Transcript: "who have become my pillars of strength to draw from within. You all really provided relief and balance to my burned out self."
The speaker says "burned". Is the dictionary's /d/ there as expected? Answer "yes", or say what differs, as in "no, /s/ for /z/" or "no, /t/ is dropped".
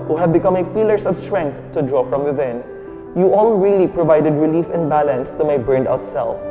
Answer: yes